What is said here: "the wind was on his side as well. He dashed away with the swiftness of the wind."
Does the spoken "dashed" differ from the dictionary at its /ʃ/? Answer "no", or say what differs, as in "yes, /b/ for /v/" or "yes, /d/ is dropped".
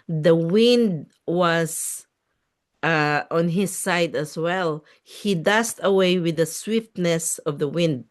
yes, /s/ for /ʃ/